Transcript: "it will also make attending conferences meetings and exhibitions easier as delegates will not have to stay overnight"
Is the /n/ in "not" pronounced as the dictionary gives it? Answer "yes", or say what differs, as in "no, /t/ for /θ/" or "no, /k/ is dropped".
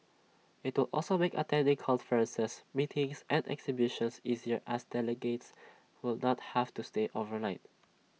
yes